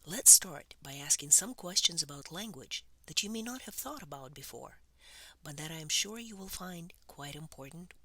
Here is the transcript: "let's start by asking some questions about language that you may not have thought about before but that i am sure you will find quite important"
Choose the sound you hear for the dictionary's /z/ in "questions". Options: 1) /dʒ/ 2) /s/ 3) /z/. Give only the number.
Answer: 3